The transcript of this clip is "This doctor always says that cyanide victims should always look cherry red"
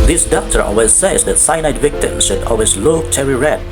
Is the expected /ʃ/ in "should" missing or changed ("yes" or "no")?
no